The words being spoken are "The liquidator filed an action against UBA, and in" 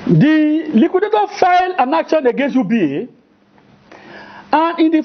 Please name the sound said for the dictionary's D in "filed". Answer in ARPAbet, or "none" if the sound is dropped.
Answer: none